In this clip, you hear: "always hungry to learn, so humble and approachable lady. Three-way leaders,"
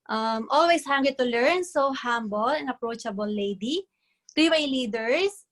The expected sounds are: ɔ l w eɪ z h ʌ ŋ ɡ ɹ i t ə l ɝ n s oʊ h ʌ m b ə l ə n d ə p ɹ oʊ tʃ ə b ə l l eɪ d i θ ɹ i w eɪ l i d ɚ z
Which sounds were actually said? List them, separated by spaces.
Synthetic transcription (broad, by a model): ɔ l w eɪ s h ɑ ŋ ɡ i t ə l ɝ n s oʊ h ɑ m b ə l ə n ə p ɹ oʊ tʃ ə b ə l l eɪ d i t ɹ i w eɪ l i d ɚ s